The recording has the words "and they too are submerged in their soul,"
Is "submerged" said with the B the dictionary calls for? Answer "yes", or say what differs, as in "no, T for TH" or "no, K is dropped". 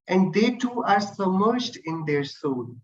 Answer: no, B is dropped